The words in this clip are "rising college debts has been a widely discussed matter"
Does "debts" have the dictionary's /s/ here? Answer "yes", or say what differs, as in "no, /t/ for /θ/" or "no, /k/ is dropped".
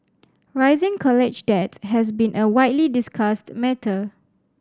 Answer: no, /s/ is dropped